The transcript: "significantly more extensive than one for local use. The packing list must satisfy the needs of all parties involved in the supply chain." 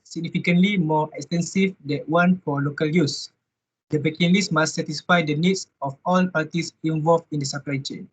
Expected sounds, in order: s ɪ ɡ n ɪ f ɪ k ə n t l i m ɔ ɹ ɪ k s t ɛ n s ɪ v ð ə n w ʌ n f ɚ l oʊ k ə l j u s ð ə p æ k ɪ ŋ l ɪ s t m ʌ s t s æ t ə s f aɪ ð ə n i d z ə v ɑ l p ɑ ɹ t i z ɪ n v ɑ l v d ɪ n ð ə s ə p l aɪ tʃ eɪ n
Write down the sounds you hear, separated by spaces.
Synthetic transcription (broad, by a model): s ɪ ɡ n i f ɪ k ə n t l i m ɔ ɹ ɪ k s t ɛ n s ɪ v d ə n w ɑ n f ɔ l oʊ k ə l j u s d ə b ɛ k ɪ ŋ l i s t m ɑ s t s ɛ t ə s f aɪ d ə n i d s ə f ɑ l p ɑ t i s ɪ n v ɑ l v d ɪ n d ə s ə p l aɪ tʃ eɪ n